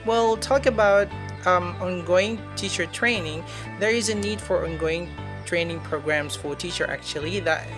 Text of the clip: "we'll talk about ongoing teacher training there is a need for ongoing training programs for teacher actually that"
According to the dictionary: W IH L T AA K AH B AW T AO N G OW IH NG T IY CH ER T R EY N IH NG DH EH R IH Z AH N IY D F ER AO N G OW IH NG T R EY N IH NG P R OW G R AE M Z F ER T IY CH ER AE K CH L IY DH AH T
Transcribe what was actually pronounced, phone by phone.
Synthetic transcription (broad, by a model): W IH L T AA K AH B AW T AO N G OW IH NG T IY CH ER T R EY N IH NG DH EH R IH Z AH N IY D F ER AO N G OW IH NG T R EY N IH NG P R OW G R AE M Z F ER T IY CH ER AE K CH L IY DH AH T